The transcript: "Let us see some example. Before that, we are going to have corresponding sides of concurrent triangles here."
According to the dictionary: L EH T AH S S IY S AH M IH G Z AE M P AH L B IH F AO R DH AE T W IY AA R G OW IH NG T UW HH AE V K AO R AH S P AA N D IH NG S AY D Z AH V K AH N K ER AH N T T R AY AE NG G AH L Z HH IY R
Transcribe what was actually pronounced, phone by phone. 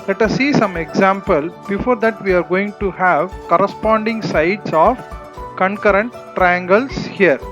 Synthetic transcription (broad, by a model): L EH T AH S S IY S AH M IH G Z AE M P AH L B IH F AO R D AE T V IY AA R G OW IH NG T UW HH AE V K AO R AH S P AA N D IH NG S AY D S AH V K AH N K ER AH N T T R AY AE NG G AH L S HH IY R